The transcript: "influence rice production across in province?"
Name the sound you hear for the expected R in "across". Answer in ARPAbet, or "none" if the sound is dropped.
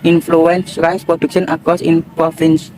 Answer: none